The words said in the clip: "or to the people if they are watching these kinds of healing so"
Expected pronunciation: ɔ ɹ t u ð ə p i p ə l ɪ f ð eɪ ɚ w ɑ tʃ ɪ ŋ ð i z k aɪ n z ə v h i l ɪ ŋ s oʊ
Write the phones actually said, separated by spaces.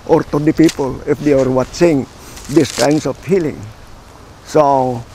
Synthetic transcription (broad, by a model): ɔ ɹ t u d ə p i p ə l ɪ f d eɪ ɚ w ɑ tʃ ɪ ŋ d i s k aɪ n s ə f h i l ɪ ŋ s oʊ